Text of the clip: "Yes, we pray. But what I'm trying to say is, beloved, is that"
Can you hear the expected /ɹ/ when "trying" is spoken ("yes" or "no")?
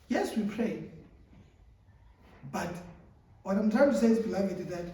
no